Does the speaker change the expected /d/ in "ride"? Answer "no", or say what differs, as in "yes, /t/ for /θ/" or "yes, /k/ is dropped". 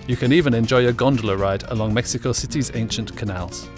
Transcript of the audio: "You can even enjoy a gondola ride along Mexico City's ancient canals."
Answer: no